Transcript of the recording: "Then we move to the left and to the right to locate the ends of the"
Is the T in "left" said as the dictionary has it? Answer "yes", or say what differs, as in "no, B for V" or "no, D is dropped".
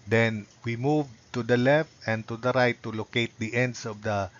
yes